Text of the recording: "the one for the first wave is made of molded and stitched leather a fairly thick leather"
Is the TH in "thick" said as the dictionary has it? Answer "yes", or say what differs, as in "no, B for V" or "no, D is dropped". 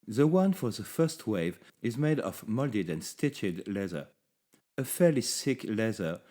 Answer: no, S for TH